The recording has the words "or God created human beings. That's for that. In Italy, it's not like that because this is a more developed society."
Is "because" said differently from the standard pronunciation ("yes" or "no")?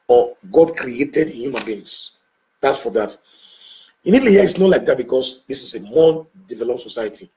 yes